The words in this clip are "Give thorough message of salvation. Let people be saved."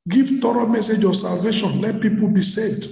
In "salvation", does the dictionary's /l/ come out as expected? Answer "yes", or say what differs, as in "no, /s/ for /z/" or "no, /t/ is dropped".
yes